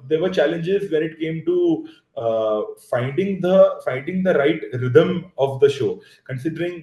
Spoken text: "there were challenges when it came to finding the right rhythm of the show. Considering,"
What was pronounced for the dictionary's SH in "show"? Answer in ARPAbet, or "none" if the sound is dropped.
SH